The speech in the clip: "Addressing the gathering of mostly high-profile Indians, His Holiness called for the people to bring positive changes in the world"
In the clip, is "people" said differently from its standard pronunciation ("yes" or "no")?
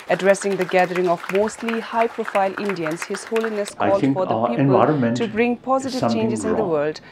yes